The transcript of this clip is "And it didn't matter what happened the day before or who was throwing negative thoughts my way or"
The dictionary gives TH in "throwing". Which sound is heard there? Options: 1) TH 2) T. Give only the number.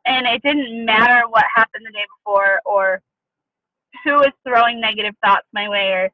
1